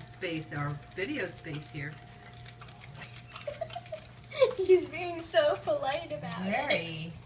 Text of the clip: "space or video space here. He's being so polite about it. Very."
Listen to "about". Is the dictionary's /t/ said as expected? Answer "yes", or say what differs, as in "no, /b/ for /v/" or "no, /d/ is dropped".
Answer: no, /t/ is dropped